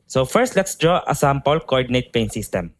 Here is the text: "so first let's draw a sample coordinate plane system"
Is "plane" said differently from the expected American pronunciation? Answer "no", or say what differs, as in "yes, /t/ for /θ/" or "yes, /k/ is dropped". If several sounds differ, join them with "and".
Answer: yes, /l/ is dropped